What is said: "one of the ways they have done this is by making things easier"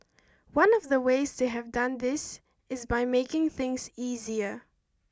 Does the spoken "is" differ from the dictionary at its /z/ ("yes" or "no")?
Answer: no